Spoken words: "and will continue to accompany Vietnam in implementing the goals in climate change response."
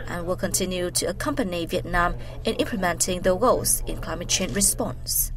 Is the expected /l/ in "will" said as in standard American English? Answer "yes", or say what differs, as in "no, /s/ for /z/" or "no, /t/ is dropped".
yes